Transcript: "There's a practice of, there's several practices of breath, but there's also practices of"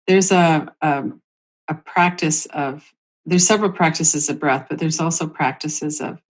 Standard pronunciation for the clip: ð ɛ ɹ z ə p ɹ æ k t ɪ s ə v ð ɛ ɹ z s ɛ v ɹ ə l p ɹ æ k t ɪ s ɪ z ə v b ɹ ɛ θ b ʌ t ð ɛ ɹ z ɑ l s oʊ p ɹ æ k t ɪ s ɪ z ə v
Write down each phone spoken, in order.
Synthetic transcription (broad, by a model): ð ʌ ɹ z ə p ɹ æ k t ɪ s ə v ð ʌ ɹ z s ɛ v ɹ l p ɹ æ k t ɪ s ɪ z ə v b ɹ ɛ θ b ʌ t ð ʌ ɹ z ɑ l s oʊ p ɹ æ k t ɪ s ɪ z ə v